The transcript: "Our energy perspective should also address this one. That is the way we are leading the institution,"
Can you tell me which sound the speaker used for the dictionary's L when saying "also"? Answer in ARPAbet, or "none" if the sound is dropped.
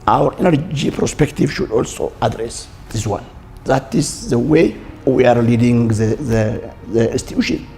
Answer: L